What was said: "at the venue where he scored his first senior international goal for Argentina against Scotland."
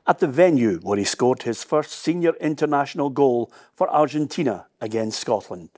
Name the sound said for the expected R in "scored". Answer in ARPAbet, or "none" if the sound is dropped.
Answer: R